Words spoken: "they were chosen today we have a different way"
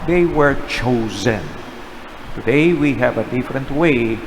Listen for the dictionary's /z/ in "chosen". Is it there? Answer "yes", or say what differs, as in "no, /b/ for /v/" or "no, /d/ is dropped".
yes